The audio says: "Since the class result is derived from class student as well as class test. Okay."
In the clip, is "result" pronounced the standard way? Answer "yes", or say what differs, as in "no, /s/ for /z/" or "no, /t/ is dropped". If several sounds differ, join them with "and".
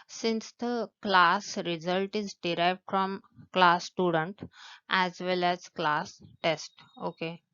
yes